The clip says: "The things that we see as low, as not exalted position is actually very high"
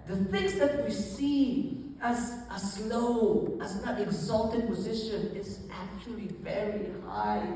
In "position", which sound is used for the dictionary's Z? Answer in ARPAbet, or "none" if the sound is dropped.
Z